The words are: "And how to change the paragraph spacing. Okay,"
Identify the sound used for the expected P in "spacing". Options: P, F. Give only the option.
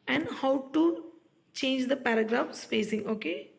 F